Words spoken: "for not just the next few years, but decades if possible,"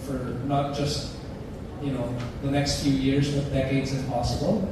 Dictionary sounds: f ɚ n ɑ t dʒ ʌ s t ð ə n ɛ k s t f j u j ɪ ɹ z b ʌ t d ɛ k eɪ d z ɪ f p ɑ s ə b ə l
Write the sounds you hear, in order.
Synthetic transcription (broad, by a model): f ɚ n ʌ t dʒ ʌ s t ð ə n ɛ k s t f j u j ɪ ɹ z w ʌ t d ɛ k eɪ d z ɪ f p ɑ s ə b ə l